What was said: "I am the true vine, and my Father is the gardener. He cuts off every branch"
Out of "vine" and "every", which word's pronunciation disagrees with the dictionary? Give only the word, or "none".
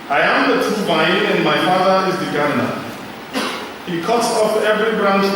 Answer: vine